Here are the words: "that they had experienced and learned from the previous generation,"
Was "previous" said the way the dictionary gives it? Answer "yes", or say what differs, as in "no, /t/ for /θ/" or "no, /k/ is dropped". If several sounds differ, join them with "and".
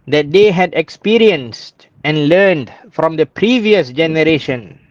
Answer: yes